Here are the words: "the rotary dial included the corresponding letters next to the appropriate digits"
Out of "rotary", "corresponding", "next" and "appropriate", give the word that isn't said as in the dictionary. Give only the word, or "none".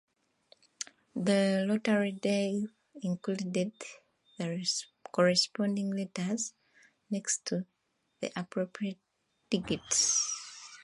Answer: rotary